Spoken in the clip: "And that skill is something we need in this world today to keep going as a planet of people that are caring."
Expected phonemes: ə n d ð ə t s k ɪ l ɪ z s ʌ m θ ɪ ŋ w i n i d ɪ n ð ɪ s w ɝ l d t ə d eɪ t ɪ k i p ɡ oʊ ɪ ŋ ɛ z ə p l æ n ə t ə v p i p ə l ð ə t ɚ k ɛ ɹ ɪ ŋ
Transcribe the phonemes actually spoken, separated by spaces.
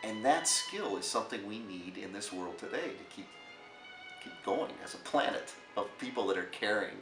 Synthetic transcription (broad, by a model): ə n ð ə t s k ɪ l ɪ z s ʌ m θ ɪ ŋ w i n i d ɪ n ð ɪ s w ɝ l d t ə d eɪ t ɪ k i p ɡ oʊ ɪ ŋ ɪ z ə p l æ n ə t ə v p i p l ð ə t ɚ k ɛ ɹ ɪ ŋ